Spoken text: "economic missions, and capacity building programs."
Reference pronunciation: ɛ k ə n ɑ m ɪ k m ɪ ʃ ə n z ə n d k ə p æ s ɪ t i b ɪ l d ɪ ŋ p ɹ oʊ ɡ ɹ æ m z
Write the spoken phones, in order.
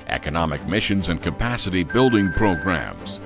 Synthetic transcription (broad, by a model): ɛ k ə n ɑ m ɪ k m ɪ ʃ ə n z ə n k ə p æ s ɪ t i b ɪ l d ɪ ŋ p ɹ oʊ ɡ ɹ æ m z